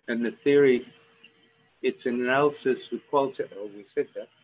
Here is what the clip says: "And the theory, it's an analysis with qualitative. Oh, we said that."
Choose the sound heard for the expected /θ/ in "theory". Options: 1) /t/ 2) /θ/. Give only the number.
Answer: 2